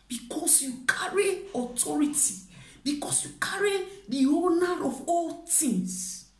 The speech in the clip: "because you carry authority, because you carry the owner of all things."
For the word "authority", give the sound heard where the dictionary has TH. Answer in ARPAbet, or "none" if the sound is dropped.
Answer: T